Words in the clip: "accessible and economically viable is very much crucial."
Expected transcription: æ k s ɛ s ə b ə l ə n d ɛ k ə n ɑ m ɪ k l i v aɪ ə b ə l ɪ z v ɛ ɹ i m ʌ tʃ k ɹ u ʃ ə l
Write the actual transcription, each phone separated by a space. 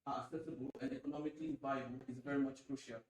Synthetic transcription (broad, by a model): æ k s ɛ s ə b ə l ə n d ɛ k ə n ɑ m ɪ k l i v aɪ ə ə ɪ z v ɛ ɹ i m ʌ tʃ k ɹ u ʃ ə l